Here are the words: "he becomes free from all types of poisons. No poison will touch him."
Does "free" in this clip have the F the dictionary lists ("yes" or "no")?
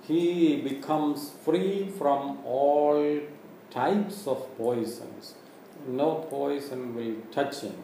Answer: yes